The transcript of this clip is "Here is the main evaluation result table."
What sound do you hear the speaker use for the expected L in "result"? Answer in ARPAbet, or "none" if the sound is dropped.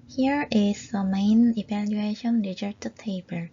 none